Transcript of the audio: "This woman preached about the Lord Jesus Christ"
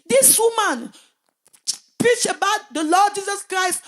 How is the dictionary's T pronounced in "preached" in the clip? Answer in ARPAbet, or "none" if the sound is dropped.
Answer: none